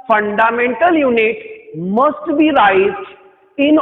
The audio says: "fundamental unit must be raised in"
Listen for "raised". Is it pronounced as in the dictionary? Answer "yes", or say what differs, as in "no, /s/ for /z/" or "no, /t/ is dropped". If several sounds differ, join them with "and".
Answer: no, /d/ is dropped